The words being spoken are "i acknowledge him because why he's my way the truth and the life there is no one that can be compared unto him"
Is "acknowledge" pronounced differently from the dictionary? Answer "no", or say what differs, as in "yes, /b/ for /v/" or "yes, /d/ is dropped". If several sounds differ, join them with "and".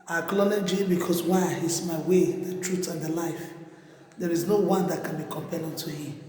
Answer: yes, /l/ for /n/